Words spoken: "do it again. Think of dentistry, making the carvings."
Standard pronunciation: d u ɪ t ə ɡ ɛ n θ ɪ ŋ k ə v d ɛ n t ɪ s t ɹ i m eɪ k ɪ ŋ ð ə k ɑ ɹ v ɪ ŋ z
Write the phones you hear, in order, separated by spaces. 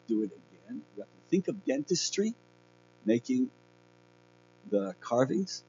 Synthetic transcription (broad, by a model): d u ɪ t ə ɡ ɛ n θ ɪ ŋ k ə v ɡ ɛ n t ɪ s t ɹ i m eɪ k ɪ ŋ ð ə k ɑ ɹ v ɪ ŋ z